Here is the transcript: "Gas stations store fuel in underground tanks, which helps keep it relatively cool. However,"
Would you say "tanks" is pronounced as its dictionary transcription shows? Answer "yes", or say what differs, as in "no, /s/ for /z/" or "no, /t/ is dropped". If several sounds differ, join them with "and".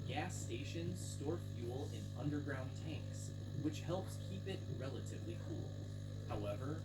yes